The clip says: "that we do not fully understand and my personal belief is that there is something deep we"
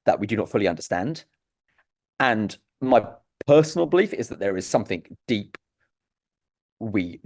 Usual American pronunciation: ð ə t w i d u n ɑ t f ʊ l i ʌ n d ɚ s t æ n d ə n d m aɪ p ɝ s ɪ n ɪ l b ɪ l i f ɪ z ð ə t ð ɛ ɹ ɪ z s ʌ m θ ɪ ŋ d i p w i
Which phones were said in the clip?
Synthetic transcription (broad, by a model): ð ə t w i d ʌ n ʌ t f ʊ l i ʌ n d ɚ s t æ n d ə n m aɪ p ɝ s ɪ n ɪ l b ɪ l i f ɪ z ð ə t ð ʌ ɹ ɪ z s ʌ m θ ɪ ŋ d i p w i